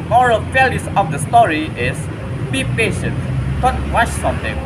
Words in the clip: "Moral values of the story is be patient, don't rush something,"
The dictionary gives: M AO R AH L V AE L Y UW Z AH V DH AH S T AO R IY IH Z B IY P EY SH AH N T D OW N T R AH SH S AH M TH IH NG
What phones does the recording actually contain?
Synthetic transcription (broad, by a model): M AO R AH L F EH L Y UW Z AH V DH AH S T AO R IY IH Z B IY P EY SH AH N T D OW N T W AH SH S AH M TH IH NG